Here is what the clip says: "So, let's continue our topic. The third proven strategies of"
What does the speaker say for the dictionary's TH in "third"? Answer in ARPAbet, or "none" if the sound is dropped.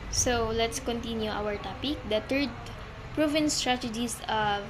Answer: T